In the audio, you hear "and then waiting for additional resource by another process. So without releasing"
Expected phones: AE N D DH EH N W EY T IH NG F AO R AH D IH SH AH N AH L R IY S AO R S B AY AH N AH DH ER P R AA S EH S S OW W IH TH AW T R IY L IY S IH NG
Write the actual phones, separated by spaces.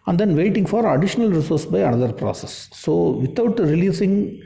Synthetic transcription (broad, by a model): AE N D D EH N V EY T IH NG F AO R AH D IH SH AH N AH L R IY S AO R S B AY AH N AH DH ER P R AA S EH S S OW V IH T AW T R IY L IY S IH NG